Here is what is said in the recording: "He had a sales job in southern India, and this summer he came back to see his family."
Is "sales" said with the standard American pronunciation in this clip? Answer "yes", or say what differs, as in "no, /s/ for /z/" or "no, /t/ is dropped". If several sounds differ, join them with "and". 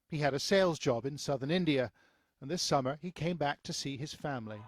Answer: yes